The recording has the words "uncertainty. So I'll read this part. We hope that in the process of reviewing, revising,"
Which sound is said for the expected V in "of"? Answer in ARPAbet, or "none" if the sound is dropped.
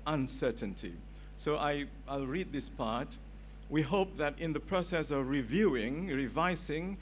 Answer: V